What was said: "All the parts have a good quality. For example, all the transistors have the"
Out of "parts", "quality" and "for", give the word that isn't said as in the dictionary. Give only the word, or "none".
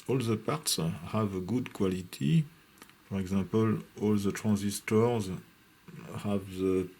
none